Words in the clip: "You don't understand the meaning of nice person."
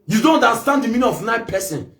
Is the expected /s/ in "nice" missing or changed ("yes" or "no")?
yes